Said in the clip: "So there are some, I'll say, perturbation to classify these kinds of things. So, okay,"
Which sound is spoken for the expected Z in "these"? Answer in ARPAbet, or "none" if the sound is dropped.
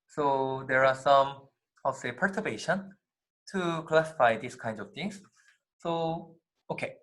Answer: S